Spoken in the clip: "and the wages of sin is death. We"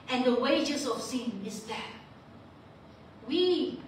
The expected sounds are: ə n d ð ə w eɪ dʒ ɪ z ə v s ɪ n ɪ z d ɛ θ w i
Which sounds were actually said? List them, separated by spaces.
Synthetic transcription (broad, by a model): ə n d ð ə w eɪ dʒ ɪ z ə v s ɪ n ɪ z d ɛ t w i